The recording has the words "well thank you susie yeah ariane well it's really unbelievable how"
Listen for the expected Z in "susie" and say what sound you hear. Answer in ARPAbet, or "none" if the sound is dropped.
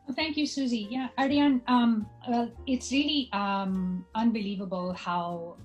Z